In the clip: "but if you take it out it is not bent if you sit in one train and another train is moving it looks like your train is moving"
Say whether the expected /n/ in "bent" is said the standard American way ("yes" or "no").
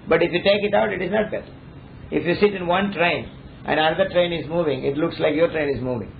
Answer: no